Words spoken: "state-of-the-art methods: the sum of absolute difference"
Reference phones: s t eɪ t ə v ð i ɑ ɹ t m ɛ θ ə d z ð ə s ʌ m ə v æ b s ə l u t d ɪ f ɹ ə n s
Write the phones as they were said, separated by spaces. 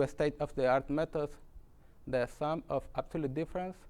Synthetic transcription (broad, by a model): s t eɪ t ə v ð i ɑ ɹ t m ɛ t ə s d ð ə s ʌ m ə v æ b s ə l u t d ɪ f ɹ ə n s